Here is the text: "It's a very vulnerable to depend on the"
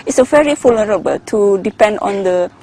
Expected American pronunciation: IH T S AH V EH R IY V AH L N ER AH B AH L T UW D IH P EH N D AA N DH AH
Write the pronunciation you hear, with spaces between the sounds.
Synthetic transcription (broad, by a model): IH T S AH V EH R IY F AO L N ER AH B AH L T UW D IH P EH N D AA N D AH